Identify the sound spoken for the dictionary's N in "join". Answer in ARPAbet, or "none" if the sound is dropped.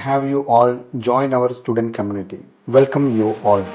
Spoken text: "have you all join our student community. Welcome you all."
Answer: N